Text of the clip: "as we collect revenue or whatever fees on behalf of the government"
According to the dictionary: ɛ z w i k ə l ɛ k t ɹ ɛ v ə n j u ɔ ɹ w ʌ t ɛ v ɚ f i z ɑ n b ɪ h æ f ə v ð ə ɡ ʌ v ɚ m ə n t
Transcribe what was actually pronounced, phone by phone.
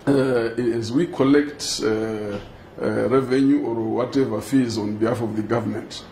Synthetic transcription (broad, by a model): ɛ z w i k ə l ɛ k t ɹ ɛ v ə n j u ɔ ɹ w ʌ t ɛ v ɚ f i z ɑ n b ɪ h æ f ə v ð ə ɡ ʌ v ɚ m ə n t